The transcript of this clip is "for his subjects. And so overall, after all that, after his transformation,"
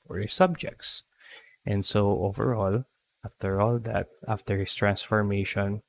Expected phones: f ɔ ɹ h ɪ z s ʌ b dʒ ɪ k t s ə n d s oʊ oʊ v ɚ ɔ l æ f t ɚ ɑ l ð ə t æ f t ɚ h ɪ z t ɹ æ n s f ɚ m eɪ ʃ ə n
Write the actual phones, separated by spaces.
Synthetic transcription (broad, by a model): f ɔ ɹ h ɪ s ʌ b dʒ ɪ k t s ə n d s oʊ oʊ v ɚ ɔ l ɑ f t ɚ ɑ l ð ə t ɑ f t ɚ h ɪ s t ɹ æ n s f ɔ m eɪ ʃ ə n